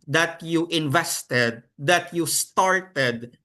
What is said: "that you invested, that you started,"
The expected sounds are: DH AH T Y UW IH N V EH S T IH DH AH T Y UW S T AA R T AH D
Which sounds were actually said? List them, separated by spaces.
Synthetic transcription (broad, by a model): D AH T Y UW IH N V EH S T IH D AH T Y UW S T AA R T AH D